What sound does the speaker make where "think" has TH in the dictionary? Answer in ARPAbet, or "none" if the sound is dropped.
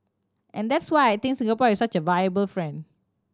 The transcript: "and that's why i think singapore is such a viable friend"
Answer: T